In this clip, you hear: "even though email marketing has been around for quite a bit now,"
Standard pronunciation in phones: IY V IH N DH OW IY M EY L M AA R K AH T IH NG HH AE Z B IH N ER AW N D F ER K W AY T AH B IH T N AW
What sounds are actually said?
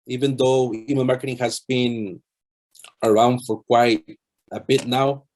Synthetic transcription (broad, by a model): IY V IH N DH OW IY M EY N M AA R K AH T IH NG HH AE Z B IH N ER AW N D F ER K W AY T AH B IH T N AW